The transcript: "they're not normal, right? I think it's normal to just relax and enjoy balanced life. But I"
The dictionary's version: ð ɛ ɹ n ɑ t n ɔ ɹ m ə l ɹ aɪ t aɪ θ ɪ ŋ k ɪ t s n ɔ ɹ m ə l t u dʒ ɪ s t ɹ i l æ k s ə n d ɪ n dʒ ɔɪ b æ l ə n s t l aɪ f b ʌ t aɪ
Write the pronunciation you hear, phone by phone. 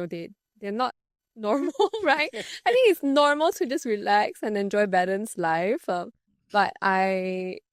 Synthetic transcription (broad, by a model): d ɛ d n ɑ t n ɔ ɹ m ə l ɹ aɪ t aɪ t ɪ ŋ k ɪ t s n ɔ ɹ m ə l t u dʒ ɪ s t ɹ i l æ k s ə n ɪ n dʒ ɔɪ b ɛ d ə n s l aɪ f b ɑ t aɪ